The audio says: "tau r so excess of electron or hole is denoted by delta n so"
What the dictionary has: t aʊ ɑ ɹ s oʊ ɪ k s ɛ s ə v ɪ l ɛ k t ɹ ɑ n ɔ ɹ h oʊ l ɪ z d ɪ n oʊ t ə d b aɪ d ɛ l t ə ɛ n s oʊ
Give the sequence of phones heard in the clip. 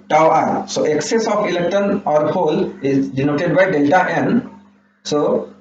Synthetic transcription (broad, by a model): t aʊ ɑ ɹ s oʊ ɪ k s ɛ s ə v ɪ l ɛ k t ɑ n ɔ ɹ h oʊ l ɪ z d ɪ n oʊ t ə d b aɪ d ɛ l t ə ɛ n s oʊ